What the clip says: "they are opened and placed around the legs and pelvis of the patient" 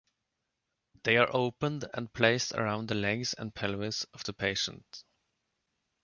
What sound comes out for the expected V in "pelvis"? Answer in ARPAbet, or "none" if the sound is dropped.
W